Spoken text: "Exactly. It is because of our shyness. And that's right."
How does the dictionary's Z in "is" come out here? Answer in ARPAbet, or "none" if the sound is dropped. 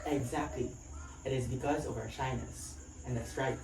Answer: Z